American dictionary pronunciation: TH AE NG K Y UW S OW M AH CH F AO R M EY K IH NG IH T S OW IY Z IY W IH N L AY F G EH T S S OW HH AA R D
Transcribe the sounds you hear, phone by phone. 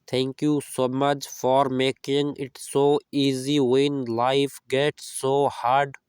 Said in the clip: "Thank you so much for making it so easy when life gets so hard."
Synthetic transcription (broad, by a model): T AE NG K Y UW S OW M AH CH F AO R M EY K IH NG IH T S OW IY Z IY W IH N L AY F G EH T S S OW HH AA R D